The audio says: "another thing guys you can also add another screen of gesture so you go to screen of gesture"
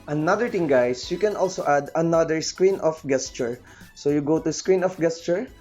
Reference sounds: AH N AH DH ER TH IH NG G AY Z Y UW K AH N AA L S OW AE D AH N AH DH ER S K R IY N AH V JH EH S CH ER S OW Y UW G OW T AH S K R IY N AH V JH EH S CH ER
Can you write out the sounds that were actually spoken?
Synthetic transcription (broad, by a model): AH N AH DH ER T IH NG G AY S Y UW K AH N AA L S OW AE D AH N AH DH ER S K R IY N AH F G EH S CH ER S OW Y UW G OW T AH S K R IY N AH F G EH S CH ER